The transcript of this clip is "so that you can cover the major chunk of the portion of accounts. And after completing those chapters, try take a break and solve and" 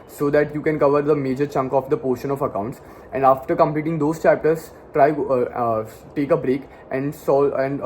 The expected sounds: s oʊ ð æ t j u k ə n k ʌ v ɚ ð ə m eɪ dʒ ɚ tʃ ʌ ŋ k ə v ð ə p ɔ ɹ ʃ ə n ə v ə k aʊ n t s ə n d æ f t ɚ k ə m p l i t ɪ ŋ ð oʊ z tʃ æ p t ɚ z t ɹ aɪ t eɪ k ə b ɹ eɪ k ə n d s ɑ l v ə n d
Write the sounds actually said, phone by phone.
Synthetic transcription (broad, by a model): s oʊ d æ t j u k ə n k ʌ v ɚ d ə m eɪ dʒ ɚ tʃ ʌ ŋ k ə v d ə p ɔ ɹ ʃ ə n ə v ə k aʊ n t s ə n d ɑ f t ɚ k ə m p l i t ɪ ŋ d oʊ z tʃ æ p t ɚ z t ɹ aɪ t eɪ k ə b ɹ eɪ k ə n d s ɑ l ə n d